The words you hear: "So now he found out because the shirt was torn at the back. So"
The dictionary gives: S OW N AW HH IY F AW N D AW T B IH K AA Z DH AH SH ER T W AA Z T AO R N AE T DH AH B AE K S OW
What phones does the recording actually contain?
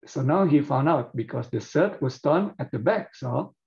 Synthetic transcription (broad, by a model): S OW N AW HH IY F AW N D AW T B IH K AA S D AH S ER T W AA S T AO N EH T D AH B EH K S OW